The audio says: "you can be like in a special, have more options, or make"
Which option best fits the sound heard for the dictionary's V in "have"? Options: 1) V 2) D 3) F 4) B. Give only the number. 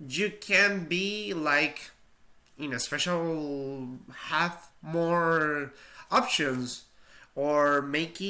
3